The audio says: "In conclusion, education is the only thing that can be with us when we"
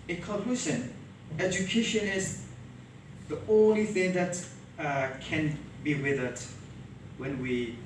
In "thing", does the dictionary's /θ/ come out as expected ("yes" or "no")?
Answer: yes